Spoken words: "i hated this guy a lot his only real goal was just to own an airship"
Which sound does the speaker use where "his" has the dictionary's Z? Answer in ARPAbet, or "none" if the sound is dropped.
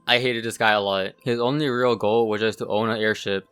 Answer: Z